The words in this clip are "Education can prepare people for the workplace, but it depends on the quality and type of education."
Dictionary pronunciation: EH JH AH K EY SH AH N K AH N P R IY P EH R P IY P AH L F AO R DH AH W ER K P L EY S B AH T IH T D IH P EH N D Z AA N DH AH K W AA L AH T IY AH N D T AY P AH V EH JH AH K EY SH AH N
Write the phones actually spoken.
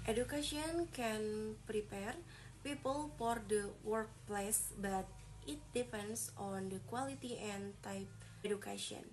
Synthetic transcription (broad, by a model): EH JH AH K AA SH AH N K AH N P R IY P EH R P IY P AH L F AO R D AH W ER K P L EY S B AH T IH T D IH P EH N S AA N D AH K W AA L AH T IY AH N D T AY P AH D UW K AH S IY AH N